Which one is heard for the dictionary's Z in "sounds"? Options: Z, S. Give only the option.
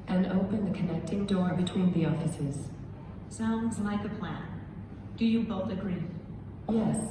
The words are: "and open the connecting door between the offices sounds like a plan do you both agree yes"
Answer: Z